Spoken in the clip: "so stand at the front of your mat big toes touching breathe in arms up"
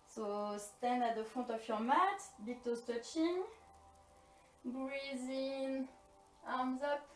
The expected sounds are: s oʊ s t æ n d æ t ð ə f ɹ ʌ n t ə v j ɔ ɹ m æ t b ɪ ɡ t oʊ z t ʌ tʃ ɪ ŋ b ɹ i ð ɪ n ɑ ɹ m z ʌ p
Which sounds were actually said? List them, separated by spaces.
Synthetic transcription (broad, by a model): s oʊ s t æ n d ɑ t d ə f ɔ t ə f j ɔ ɹ m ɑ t b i t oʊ s t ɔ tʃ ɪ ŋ b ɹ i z ɪ n ɑ ɹ m z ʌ p